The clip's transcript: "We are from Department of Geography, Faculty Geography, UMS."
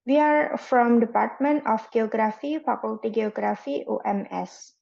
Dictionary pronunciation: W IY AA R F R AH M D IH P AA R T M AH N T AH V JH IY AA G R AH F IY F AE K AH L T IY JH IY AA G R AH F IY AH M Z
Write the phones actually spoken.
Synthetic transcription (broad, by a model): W IY AA R F R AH M D IH P AA R T M AH N T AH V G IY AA G R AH F IY P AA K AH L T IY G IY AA G R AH F IY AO M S